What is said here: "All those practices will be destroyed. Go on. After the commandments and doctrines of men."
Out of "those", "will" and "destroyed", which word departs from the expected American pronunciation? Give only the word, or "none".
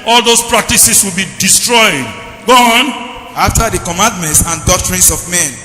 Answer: those